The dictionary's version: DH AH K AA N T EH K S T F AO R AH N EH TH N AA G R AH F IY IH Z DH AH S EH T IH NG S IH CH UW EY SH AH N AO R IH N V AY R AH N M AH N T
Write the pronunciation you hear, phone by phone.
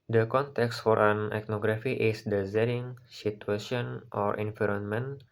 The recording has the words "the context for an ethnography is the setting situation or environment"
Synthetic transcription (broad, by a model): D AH K AA N T EH K S T F AO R AH N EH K N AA G R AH F IY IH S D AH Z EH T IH NG S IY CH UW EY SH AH N AO R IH N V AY R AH N M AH N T